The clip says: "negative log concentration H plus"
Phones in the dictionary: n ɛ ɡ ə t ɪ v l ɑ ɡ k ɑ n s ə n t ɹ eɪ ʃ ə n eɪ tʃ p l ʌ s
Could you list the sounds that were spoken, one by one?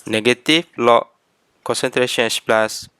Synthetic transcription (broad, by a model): n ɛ ɡ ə t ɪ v l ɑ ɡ k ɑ n s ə n t ɹ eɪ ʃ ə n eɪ s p l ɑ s